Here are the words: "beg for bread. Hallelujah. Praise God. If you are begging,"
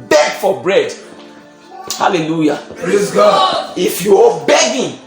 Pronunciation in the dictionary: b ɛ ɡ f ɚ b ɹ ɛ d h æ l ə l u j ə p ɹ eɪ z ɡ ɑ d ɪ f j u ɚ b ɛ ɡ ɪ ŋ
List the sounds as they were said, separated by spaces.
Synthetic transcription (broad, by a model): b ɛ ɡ f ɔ b ɹ ɛ d h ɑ l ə l u j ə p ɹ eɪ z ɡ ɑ ɪ f j u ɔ b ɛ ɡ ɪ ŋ